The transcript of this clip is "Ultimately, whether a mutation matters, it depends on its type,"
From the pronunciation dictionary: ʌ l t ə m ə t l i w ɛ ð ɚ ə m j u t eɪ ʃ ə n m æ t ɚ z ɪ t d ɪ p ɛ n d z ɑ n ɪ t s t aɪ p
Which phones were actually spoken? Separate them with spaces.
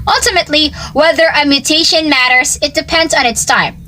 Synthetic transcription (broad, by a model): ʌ l t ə m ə t l i w ɛ ð ɚ ə m j u t eɪ ʃ ə n m æ t ɚ z ɪ t d ɪ p ɛ n d z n ɪ t s t aɪ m